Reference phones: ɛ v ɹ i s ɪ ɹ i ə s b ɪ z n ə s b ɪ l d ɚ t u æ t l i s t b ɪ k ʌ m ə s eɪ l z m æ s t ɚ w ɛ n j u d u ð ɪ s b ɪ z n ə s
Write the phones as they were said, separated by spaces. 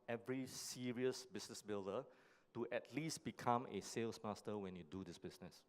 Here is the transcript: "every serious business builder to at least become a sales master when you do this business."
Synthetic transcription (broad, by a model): ɛ v ɹ i s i ɹ i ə s b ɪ s n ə s b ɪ l d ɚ t u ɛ t l i s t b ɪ k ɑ m ə s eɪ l s m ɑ s t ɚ w ɛ n j u d u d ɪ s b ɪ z n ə s